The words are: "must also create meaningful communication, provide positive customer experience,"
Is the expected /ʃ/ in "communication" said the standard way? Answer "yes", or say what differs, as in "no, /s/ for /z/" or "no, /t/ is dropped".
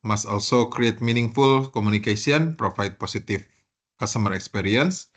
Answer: no, /s/ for /ʃ/